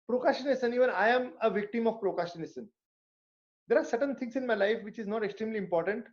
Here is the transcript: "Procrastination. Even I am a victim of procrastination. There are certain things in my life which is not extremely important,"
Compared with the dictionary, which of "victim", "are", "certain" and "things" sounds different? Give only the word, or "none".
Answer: things